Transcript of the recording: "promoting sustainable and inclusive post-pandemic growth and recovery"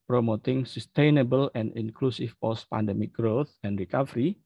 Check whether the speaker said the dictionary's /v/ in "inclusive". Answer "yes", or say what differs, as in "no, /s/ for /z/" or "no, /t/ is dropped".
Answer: no, /f/ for /v/